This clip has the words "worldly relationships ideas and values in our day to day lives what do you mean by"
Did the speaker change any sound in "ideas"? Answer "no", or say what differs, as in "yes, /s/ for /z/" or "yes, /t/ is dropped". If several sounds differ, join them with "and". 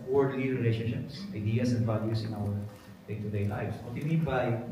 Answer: yes, /s/ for /z/